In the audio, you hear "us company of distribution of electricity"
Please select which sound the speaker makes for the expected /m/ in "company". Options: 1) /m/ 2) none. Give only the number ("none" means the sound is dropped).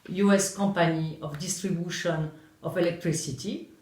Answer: 2